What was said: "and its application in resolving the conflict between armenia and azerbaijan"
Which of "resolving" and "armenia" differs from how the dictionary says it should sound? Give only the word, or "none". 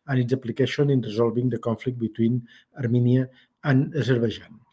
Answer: resolving